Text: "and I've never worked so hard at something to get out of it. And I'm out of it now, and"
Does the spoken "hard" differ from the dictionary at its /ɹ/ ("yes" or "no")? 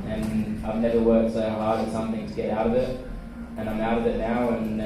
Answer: yes